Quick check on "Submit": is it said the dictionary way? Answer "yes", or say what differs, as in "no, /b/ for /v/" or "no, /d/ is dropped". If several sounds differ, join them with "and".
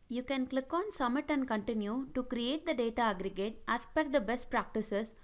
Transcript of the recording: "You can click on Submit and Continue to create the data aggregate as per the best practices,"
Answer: no, /b/ is dropped